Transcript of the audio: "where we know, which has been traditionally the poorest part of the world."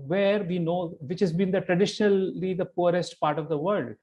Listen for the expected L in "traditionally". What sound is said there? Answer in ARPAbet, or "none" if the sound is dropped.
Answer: L